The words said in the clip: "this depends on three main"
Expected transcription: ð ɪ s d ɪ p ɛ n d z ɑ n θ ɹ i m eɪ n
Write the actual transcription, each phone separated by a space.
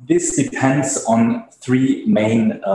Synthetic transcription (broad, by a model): ð ɪ s d ɪ p ɛ n d z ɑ n θ ɹ i m eɪ n